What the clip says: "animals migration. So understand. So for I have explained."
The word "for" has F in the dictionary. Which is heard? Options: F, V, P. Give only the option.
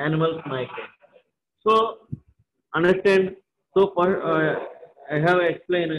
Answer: P